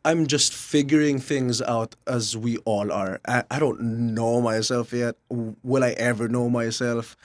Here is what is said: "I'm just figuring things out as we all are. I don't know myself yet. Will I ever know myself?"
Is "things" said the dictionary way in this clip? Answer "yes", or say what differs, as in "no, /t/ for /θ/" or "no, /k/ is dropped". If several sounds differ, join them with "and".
yes